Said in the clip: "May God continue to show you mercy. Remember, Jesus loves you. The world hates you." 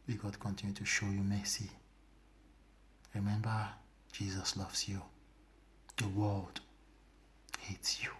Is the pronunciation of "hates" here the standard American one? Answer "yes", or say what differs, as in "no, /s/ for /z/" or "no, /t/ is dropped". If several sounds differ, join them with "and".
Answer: yes